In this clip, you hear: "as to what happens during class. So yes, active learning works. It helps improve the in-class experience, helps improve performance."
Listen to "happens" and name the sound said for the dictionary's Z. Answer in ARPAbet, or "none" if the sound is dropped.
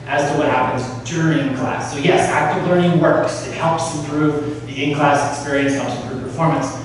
Z